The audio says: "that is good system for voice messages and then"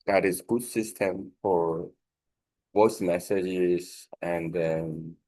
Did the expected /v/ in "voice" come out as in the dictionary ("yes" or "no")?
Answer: no